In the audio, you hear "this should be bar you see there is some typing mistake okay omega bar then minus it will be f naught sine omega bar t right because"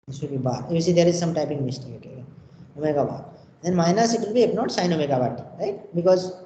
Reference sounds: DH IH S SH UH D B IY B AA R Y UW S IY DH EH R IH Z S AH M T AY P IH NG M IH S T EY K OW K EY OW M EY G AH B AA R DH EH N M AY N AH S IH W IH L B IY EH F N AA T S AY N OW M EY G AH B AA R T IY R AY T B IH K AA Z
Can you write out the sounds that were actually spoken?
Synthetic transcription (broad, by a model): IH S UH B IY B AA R Y UW S IY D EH R IH Z S AH M T AY P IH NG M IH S T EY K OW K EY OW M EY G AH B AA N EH N M AY N AH S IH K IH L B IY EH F N AA T S AY N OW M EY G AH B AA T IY R AY T B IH K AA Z